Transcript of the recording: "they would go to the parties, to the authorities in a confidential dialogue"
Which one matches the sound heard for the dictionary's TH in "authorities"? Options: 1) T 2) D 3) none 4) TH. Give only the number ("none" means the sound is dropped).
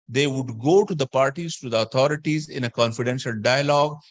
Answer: 1